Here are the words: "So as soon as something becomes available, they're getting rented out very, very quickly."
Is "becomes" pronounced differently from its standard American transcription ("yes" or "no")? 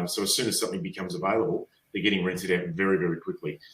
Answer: no